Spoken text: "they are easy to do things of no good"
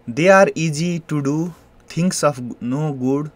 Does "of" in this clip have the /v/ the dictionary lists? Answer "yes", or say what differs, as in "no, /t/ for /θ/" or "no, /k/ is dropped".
no, /p/ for /v/